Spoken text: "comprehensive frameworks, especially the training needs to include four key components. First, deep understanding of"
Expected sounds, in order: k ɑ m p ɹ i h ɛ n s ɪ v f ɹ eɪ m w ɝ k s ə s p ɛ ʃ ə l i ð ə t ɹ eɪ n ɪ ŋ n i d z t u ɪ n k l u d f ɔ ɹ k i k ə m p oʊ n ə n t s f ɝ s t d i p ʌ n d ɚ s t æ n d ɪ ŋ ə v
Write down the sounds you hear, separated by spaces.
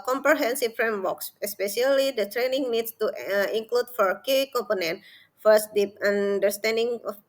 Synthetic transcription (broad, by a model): k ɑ m p ɹ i h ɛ n s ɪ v f ɹ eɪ m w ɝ k s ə s p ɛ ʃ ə l i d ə t ɹ eɪ n ɪ ŋ n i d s t u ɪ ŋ k l u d f ɔ ɹ k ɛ k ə m p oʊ n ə n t f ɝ s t d i p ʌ n d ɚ s t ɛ n d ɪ ŋ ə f